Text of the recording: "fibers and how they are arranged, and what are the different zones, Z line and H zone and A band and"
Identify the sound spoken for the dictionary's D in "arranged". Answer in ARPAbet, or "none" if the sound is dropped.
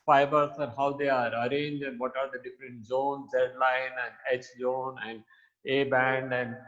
none